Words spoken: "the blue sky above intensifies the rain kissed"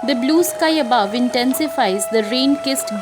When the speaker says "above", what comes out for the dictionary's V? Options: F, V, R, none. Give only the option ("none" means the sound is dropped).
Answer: V